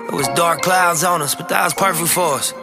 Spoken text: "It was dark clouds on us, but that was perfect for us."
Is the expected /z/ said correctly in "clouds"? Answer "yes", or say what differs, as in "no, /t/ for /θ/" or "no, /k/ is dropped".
yes